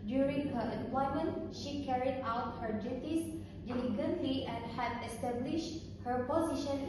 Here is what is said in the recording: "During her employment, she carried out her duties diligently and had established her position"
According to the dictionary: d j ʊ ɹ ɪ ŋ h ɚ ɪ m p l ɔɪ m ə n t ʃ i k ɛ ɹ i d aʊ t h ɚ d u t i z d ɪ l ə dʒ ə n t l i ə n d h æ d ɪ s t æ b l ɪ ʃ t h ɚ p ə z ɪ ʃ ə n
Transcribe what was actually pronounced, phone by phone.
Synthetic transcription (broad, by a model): d j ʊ ɹ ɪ ŋ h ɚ ɪ m p l ɔɪ m ə n t ʃ i k ɛ ɹ i d aʊ t h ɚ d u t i s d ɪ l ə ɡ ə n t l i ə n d h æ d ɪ s t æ b l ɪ ʃ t h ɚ p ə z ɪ ʃ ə n